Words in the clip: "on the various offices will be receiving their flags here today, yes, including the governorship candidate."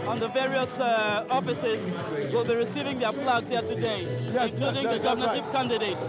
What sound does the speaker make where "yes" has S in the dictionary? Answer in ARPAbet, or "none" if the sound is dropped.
none